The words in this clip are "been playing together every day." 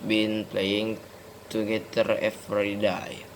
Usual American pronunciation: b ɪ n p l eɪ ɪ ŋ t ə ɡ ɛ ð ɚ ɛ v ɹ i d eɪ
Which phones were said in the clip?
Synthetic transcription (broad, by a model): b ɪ n p l eɪ ɪ ŋ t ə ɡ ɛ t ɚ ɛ f ɹ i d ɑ